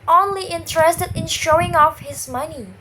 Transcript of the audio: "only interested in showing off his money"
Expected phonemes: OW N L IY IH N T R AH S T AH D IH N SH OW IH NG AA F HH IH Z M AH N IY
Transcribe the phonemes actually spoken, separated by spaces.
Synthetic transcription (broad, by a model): OW N L IY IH N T R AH S T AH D IH N SH OW IH NG AA F HH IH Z M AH N IY